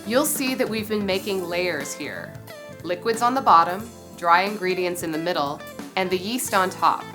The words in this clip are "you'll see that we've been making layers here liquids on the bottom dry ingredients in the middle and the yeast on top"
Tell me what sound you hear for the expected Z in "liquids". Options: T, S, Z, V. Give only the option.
Z